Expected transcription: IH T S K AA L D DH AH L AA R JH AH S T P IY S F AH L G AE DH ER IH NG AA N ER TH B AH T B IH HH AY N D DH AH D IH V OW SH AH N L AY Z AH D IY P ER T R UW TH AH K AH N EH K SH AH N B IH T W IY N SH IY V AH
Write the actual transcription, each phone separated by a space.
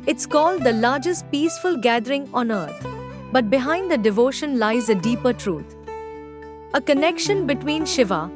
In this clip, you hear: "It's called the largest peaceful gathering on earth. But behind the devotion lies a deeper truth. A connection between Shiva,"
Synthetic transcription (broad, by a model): IH T S K AA L D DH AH L AA R JH AH S T P IY S F AH L G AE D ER IH NG AA N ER T B AH T B IH HH AY N D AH D IH V OW SH AH N L AY Z AH D IY P ER T R UW T AH K AH N EH K SH AH N B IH T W IY N SH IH V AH